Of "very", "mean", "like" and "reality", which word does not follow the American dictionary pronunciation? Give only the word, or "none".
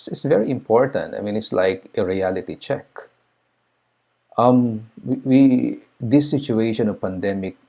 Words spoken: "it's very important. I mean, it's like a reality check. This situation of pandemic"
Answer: none